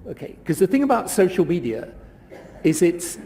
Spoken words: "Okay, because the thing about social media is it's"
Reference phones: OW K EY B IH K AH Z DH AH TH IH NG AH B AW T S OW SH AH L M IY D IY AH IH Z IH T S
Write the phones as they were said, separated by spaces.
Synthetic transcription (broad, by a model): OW K EY IH K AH Z DH AH TH IH NG AH B AW T S OW SH AH L M IY D IY AH IH Z IH T S